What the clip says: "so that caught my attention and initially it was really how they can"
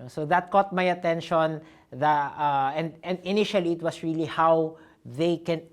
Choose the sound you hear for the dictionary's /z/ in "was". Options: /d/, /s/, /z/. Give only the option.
/s/